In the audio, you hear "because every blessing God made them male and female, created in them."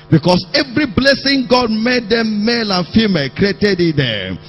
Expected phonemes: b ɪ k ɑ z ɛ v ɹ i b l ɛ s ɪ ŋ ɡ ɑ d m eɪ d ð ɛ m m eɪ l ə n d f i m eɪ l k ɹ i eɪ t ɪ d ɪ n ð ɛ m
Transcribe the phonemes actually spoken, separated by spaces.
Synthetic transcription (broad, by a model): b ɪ k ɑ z ɛ v ɹ i b l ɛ s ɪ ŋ ɡ ɑ d m eɪ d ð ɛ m m eɪ l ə n f i m eɪ l k ɹ i eɪ t ɪ d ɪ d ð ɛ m